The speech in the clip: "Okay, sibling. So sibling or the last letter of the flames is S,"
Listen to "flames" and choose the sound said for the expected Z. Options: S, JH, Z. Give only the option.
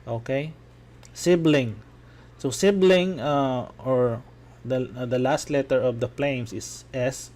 S